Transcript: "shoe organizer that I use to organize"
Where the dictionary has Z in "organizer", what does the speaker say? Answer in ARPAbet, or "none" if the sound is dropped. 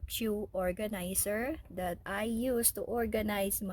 S